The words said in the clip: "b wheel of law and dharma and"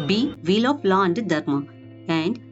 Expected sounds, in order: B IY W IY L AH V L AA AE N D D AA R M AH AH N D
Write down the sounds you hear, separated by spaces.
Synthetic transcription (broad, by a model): B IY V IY L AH P L AA N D D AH R M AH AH N D